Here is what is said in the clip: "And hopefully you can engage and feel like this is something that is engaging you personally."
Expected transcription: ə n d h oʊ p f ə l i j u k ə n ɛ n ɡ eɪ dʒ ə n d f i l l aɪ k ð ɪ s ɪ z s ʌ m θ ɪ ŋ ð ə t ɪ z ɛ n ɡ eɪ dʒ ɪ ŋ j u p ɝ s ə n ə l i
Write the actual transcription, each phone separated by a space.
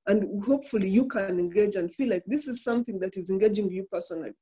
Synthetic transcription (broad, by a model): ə n d h oʊ p f ə l i j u k ə n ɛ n ɡ eɪ dʒ ə n d f i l l aɪ k ð ɪ s ɪ z s ʌ m θ ɪ ŋ ð ə t ɪ z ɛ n ɡ eɪ dʒ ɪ ŋ j u p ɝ s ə n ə l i